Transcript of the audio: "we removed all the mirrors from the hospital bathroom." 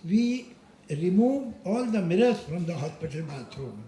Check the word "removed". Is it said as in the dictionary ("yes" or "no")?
no